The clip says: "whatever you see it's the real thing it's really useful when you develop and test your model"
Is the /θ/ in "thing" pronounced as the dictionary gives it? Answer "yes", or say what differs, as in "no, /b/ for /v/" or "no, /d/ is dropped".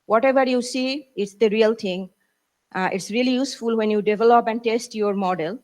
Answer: no, /t/ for /θ/